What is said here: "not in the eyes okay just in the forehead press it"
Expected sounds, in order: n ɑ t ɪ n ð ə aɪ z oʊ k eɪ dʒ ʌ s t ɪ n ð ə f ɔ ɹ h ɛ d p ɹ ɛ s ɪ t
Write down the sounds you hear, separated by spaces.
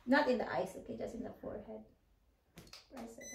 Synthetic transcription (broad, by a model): n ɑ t ɪ n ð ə aɪ s oʊ k eɪ dʒ ʌ s t ɪ n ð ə f ɔ ɹ h ɛ d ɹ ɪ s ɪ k